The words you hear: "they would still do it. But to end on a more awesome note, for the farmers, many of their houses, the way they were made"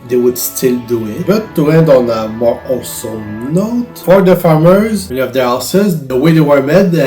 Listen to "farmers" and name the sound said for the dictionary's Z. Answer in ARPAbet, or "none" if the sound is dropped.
Z